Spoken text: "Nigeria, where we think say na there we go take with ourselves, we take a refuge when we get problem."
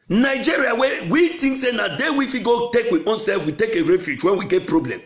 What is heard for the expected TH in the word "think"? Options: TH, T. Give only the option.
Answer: T